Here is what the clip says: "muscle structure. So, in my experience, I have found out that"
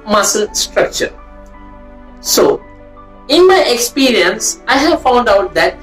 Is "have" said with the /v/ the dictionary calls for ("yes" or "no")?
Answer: yes